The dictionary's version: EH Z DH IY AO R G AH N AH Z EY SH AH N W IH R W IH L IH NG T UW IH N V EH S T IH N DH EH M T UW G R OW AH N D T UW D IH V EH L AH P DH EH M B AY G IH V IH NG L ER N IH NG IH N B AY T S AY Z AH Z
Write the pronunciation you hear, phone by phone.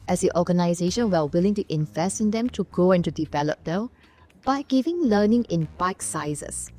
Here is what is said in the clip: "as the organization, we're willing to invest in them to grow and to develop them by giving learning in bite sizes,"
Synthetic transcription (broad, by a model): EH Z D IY AO G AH N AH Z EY SH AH N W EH L W IH L IH NG T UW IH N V EH S T IH N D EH M T UW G OW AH N T UW D IH V EH L AH P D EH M B AY G IH V IH NG L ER N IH NG IH N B AY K S AY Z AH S